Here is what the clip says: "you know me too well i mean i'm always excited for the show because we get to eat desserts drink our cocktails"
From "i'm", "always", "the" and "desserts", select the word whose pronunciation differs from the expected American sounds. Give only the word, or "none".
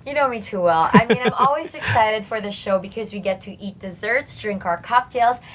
none